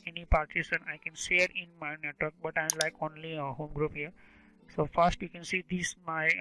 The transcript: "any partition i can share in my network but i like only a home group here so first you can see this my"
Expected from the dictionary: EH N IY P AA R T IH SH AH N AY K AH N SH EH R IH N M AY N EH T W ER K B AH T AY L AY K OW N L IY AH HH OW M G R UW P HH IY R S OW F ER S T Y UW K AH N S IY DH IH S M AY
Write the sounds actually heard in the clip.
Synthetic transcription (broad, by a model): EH N IY P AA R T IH S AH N AY K AH N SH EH R IH N M AY N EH T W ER K B AH T AY L AY K OW N L IY AH HH OW M G R UW P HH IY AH S OW F ER S T Y UW K AH N S IY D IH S M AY